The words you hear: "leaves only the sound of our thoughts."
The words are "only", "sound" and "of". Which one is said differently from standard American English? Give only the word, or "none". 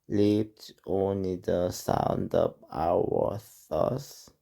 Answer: of